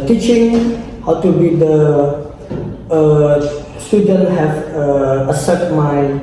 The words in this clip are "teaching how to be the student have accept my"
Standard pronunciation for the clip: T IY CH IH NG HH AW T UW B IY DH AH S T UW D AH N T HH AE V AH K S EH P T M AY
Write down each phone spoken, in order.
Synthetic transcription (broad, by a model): T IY CH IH NG HH AW T UW B IY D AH S T UW D AH N T HH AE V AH S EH T M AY